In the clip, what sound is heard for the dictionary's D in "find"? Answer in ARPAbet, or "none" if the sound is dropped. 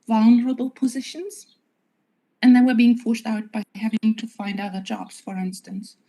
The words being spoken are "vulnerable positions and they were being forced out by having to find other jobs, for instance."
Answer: D